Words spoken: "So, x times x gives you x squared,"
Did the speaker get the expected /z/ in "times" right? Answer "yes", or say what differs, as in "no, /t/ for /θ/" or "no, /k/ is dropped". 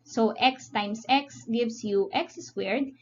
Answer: no, /s/ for /z/